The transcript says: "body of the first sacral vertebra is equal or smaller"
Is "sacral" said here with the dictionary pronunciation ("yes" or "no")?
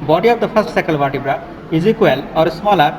no